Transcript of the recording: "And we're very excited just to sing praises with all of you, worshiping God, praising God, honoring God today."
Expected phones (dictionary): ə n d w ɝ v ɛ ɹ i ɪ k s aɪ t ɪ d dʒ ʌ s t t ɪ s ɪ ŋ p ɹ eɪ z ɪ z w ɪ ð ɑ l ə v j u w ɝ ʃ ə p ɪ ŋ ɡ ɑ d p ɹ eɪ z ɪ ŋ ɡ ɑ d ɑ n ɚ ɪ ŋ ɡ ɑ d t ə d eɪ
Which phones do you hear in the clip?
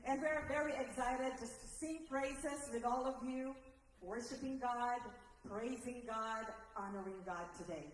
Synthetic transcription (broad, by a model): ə n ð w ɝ v ɛ ɹ i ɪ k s aɪ t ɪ d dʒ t t ɪ s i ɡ ɹ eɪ s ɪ s w ɪ ð ɑ l ə v j u w ɝ ʃ ə p ɪ ŋ ɡ ɑ d p ɹ eɪ z ɪ ŋ ɡ ɑ d ɑ n ɚ ɪ ŋ ɡ ɑ d t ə d eɪ